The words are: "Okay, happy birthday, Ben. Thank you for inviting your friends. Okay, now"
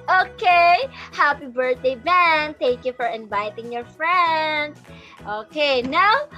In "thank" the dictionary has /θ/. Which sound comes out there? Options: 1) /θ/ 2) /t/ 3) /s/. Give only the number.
2